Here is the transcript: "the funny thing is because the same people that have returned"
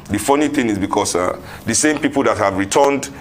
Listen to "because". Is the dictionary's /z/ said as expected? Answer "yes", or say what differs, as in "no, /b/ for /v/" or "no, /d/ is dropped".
no, /s/ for /z/